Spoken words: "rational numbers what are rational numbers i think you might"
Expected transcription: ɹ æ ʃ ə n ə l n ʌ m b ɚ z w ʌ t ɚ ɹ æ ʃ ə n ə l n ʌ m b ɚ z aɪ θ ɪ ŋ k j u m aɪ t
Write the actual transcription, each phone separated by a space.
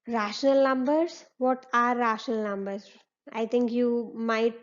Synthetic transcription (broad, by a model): ɹ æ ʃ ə n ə l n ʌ m b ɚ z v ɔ t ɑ ɹ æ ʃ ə n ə l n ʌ m b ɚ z aɪ t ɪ ŋ k j u m aɪ t